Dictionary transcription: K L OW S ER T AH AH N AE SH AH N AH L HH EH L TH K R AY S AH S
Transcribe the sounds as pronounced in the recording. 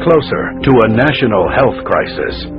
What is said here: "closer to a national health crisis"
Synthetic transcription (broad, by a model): K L OW S ER T AH AH N AE SH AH N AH L HH EH L TH K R AY S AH S